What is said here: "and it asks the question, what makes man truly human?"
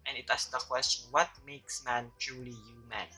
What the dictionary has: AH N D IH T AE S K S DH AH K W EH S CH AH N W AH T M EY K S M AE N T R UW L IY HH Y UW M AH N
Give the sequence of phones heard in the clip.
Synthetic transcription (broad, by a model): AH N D IH T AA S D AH K W EH S CH AH N W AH T M EY K S M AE N T R UW L IY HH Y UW M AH N